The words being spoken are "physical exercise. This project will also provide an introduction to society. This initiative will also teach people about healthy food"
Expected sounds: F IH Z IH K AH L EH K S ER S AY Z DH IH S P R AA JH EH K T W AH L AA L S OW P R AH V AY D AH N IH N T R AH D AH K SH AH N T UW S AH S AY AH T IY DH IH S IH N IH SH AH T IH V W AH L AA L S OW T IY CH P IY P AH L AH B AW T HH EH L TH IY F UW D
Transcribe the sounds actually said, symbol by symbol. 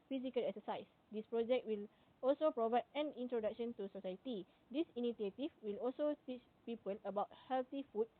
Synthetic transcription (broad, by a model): F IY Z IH K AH L EH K S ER S AY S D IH S P R AA JH EH K T W AH L AA L S OW P R AH V AY D AH N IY N T R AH D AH K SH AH N T UW S AH S AY AH T IY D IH S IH N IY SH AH T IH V W AH L AA L S OW T IY CH P IY P AH L AH B AW T HH EH L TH IY F UW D